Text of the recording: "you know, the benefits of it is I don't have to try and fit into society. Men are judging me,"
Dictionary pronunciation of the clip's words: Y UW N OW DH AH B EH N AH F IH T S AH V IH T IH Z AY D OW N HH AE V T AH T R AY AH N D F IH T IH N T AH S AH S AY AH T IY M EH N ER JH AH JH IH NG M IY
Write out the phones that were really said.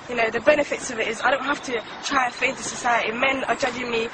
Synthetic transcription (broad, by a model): Y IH N OW DH AH B EH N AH F IH T S AH V IH T IH Z AY D OW N HH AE F T AH T R AY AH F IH IH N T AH S AH S AY AH T IY M EH N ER JH AH JH IH NG M IY